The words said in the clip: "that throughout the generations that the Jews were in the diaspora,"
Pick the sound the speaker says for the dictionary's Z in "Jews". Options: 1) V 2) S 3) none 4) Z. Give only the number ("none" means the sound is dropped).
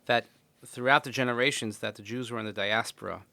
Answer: 4